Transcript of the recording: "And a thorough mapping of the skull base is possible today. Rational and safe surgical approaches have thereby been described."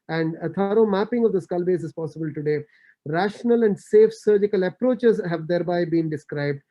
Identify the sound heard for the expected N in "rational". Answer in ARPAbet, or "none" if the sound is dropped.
N